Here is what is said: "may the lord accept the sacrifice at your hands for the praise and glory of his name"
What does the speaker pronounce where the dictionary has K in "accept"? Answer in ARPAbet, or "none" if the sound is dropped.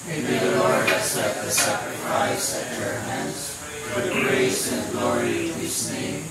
none